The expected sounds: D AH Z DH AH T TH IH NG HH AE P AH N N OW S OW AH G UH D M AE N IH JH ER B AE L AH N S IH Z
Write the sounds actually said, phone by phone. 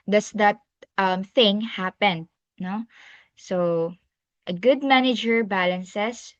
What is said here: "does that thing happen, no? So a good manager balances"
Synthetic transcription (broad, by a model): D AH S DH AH T TH IH NG HH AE P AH N N OW S OW AH G UH D M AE N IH JH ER B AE L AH N S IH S